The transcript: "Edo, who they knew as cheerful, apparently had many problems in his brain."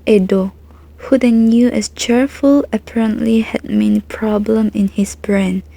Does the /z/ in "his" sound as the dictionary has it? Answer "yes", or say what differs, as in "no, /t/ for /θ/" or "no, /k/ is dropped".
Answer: no, /s/ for /z/